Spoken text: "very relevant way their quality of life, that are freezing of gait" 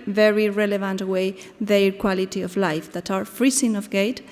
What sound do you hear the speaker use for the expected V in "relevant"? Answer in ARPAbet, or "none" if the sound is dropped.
V